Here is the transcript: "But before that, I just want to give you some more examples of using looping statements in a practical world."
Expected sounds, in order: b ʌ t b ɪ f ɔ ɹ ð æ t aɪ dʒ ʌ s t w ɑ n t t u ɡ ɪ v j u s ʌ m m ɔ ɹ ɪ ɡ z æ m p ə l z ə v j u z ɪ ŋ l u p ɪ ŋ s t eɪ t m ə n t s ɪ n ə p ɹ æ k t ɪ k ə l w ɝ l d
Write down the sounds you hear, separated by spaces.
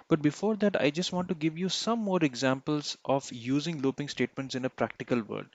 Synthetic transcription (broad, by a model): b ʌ t b ɪ f ɔ ɹ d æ t aɪ dʒ ʌ s t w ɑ n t t u ɡ ɪ v j u s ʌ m m ɔ ɹ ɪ ɡ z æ m p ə l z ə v j u z ɪ ŋ l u p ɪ ŋ s t eɪ t m ə n t s ɪ n ə p ɹ æ k t ɪ k ə l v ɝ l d